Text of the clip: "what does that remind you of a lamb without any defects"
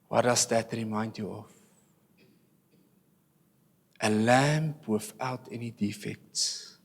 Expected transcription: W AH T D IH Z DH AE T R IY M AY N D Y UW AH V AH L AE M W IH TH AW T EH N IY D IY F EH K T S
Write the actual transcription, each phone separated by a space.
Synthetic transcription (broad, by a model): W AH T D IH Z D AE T R IY M AY N D Y UW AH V AH L AE M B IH F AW T EH N IY D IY F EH K T S